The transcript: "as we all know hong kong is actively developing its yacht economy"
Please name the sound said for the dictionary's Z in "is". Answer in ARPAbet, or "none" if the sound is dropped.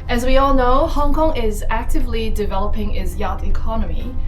Z